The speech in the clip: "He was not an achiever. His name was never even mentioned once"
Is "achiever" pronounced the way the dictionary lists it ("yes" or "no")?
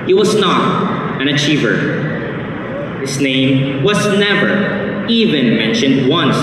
yes